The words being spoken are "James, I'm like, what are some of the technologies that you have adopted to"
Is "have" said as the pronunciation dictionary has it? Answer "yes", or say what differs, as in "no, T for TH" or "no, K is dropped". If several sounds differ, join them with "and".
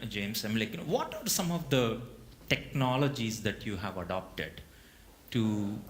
yes